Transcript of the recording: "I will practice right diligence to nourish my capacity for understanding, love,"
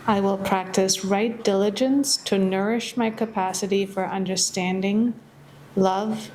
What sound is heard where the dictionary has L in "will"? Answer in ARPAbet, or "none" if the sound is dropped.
L